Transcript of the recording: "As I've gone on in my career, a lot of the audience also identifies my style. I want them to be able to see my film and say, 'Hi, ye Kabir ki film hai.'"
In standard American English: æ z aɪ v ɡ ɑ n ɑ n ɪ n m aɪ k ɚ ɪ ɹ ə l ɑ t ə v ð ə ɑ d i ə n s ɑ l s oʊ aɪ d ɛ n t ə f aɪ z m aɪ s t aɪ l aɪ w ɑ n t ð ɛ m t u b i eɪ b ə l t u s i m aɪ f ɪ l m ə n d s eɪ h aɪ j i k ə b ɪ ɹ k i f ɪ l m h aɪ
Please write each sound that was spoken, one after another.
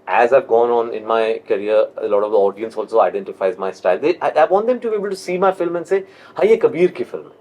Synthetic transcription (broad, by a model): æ z aɪ v ɡ ɑ n ɑ n ɪ n m aɪ k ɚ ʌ ɹ ə l ɑ t ə v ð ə ɑ d i ə n s ɑ l s oʊ aɪ d ɛ n t ə f aɪ z m aɪ s t aɪ l aɪ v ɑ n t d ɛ m t u b i eɪ b ə l t u s i m aɪ f ɪ l m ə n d s eɪ h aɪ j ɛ k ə b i ɹ k i f ɪ l m